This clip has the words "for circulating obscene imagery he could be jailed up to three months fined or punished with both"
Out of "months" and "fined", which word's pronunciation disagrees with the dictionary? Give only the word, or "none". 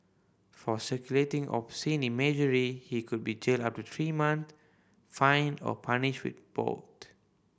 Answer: months